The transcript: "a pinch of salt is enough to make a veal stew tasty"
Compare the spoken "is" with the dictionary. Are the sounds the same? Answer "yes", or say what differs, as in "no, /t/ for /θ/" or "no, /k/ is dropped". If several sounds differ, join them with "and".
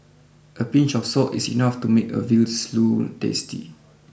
no, /s/ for /z/